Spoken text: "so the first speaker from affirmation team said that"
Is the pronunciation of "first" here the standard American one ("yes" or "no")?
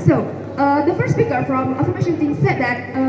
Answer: no